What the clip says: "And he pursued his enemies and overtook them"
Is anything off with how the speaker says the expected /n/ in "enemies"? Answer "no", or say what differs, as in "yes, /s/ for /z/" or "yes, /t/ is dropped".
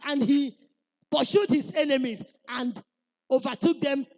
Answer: no